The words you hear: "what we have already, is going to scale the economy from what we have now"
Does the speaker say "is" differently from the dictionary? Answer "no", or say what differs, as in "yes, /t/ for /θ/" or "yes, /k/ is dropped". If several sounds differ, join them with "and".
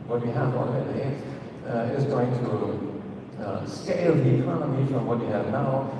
no